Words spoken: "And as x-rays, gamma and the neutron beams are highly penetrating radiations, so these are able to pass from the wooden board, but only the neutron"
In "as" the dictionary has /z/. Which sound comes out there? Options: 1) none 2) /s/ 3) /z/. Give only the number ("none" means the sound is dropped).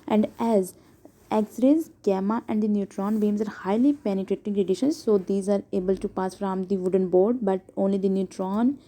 3